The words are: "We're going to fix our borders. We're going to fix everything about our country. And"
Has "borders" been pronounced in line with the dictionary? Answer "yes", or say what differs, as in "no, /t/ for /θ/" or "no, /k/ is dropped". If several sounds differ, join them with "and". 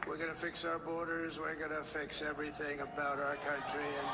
yes